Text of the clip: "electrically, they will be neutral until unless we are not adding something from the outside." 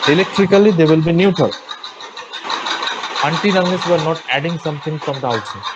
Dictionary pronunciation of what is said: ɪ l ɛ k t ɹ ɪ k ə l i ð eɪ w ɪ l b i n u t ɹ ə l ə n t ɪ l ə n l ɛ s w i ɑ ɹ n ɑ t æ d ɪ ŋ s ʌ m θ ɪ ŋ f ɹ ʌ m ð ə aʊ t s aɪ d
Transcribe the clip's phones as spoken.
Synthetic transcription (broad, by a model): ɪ l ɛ k t ɹ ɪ k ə l i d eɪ w ɪ l b i n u t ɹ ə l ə n t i n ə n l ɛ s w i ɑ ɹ n ɑ t æ d ɪ ŋ s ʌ m t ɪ ŋ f ɹ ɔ m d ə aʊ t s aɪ